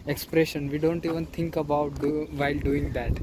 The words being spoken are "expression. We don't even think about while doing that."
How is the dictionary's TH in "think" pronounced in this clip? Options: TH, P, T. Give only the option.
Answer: T